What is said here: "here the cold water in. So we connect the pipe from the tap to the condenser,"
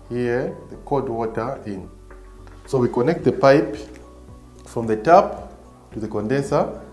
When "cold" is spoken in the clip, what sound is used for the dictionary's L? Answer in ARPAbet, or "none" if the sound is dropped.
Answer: none